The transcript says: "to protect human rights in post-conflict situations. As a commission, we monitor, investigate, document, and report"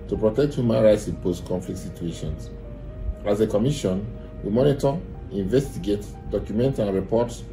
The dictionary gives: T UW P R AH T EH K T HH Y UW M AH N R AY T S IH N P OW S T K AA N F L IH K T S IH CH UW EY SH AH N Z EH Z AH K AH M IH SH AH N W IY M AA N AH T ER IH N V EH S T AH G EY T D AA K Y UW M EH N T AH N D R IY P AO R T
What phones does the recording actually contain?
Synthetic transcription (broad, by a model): T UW P R AH T EH K T HH Y UW M AH N R AY T S IH N P OW S T K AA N F L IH K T S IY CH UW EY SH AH N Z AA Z AH K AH M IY SH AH N W IY M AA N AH T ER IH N V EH S T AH G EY T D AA K Y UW M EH N T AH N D R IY P AO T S